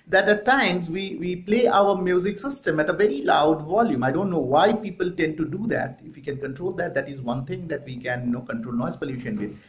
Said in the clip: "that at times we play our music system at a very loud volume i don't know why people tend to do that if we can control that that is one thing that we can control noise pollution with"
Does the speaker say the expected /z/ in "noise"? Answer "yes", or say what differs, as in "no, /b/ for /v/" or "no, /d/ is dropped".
no, /s/ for /z/